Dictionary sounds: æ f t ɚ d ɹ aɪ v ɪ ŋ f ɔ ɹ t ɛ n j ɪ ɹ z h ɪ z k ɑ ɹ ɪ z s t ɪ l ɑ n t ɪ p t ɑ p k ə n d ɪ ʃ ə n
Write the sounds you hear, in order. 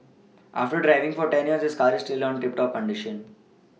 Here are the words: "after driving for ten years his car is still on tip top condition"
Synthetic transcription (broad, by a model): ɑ f t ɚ d ɹ aɪ v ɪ ŋ f ɔ ɹ t ɛ n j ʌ ɹ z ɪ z k ɑ ɹ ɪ s t ɪ l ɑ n t ɪ p t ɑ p k ə n d ɪ ʃ ə n